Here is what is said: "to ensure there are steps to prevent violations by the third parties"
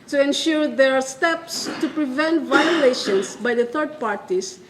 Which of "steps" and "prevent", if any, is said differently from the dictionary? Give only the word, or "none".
none